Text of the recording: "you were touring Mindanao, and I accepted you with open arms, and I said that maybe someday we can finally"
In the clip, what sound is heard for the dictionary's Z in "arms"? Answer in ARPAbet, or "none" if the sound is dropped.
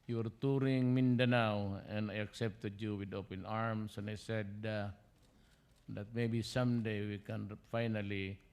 S